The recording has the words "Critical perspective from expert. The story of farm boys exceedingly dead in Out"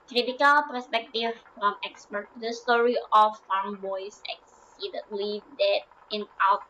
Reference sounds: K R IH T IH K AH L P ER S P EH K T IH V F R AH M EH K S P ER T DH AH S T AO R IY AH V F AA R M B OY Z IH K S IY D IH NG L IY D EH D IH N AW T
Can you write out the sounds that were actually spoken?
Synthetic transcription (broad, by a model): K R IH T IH K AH L P ER S P EH K T IH V F R AH M EH K S P ER T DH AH S T AO R IY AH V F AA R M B OY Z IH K S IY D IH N L IY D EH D IH N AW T